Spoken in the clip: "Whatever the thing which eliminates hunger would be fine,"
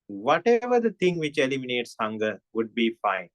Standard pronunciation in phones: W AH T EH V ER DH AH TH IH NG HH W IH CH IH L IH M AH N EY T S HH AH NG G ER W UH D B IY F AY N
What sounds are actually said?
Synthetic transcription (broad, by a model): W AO T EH V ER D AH T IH NG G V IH CH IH L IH M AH N EY T S HH AH NG G ER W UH D B IY F AY N